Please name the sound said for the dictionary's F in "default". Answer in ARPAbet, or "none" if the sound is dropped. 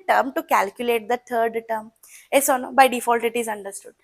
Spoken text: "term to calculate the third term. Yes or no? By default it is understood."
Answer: F